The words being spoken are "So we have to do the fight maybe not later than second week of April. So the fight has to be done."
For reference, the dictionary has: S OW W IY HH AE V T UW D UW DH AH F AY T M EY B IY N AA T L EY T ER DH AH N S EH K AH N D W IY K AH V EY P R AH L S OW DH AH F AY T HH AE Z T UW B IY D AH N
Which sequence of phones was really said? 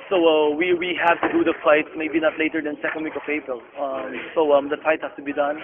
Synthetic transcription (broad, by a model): S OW W IY HH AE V T UW D UW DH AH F AY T M EY B IY N AA T L EY T ER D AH N S EH K AH N D W IY K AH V EY P R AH L S OW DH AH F AY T HH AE S T UW B IY D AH N